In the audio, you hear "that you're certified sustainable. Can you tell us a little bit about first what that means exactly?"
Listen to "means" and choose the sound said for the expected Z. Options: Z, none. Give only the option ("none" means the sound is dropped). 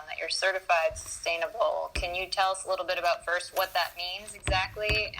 Z